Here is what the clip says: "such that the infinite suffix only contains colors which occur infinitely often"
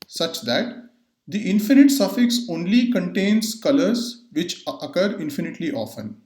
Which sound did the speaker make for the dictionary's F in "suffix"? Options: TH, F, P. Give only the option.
F